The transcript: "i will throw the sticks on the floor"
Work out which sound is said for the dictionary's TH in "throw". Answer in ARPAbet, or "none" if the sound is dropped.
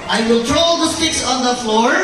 T